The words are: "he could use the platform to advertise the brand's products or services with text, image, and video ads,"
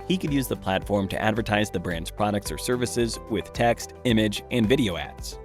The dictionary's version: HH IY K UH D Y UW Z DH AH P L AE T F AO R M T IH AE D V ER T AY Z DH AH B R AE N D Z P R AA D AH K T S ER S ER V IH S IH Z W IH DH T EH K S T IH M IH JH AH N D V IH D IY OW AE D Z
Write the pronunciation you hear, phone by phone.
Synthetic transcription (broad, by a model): HH IY K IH D Y UW Z DH AH P L AE T F AO R M T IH AE D V ER T AY Z DH AH B R AE N D Z P R AA D AH K T S ER S ER V IH S IH Z W IH DH T EH K S T IH M IH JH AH N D V IH D IY OW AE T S